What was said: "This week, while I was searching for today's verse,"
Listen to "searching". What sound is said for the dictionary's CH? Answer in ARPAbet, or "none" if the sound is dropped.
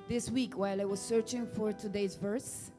CH